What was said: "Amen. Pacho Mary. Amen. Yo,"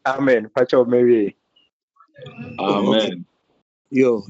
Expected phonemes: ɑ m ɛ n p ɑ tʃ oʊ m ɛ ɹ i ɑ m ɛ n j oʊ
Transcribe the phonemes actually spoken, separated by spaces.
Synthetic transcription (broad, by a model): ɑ m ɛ n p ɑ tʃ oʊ m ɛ w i ɑ m ɛ n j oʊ